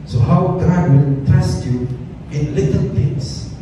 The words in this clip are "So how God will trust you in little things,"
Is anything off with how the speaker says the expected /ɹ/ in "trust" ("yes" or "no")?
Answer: yes